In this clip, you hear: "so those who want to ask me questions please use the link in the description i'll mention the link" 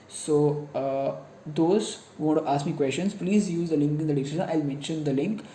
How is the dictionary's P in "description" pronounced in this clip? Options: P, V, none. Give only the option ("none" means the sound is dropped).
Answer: none